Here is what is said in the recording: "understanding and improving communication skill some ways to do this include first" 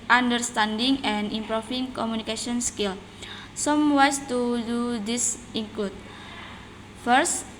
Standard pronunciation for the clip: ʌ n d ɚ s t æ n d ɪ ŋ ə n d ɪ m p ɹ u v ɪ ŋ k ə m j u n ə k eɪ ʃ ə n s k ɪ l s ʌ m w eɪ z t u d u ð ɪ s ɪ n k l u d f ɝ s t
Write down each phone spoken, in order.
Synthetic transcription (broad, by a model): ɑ n d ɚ s t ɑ n d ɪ ŋ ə n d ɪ m p ɹ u f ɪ ŋ k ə m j u n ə k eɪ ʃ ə n s k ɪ l s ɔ m w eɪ s t u d u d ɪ s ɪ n k l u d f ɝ s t